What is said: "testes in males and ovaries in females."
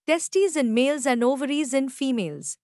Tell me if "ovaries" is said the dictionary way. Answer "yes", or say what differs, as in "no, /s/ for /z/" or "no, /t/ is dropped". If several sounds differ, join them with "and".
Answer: yes